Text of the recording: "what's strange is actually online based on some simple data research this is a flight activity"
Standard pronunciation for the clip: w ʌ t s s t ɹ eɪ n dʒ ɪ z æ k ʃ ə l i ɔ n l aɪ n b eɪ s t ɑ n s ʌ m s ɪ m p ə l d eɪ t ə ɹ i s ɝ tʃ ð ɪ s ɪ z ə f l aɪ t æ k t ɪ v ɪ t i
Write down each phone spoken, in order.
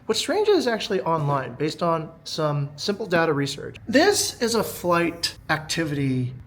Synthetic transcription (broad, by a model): w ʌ t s s t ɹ eɪ n dʒ ɪ z æ k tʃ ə l i ɔ n l aɪ n b eɪ s t n s ʌ m s ɪ m p l d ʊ t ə ɹ i s ɝ tʃ ð ɪ s ɪ z ə f l aɪ t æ k t ɪ v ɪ t i